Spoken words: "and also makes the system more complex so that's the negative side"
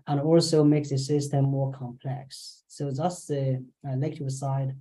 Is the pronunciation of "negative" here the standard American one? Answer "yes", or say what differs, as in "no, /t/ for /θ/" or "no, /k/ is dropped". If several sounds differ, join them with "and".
no, /l/ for /n/